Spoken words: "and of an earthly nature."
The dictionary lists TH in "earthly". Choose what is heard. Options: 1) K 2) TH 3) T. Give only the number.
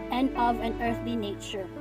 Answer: 2